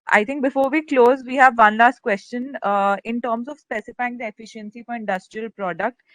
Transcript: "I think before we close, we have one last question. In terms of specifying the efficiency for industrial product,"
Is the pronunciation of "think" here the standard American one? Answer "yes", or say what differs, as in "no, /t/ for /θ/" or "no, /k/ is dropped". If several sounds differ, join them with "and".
no, /t/ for /θ/